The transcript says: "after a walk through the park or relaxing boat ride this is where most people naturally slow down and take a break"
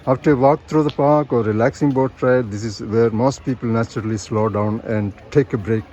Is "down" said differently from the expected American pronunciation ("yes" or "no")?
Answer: no